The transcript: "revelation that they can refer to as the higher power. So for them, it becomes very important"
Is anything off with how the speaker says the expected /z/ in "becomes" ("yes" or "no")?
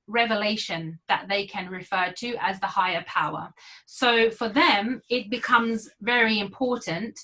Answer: no